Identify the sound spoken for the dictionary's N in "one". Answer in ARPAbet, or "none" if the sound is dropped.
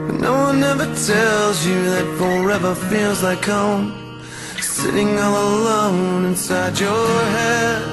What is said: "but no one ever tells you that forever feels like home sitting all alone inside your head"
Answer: N